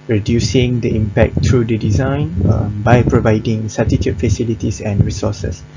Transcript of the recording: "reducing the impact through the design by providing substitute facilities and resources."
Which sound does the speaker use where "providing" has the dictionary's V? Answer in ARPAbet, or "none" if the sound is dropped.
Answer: V